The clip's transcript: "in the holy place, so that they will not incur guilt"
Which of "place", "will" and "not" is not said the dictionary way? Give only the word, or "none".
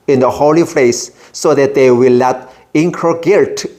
place